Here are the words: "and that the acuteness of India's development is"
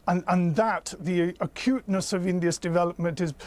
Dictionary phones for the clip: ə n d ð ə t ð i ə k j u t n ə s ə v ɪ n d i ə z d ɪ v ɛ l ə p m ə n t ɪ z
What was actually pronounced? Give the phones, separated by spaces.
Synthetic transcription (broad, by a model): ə n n ð ə t ð i ə k j u t n ə s ə v ɪ n d i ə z d ɪ v ɛ l ə p m ə n t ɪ z